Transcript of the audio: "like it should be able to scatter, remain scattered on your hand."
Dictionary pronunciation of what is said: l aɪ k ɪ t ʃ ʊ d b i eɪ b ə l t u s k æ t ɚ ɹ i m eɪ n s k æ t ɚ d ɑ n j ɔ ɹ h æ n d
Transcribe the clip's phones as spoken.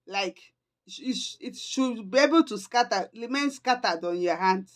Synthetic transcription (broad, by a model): l aɪ k ɪ t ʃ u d b i eɪ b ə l t u s k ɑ t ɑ l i m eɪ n s k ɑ t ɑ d ɑ n j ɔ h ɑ n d